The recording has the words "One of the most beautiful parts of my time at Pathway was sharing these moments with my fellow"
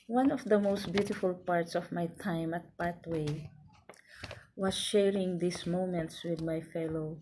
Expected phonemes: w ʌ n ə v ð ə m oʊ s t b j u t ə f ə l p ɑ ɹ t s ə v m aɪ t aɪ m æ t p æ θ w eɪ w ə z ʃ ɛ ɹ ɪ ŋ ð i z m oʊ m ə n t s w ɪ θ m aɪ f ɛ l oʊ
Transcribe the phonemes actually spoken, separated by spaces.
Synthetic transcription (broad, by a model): w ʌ n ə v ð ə m oʊ s t b j u t ə f ə l p ɑ ɹ t s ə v m aɪ t aɪ m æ t p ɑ t w eɪ w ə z ʃ ɛ ɹ ɪ ŋ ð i s m oʊ m ə n t s w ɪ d m aɪ f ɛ l oʊ